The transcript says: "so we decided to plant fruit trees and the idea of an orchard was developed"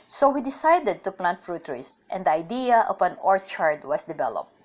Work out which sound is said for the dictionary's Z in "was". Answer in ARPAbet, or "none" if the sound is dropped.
S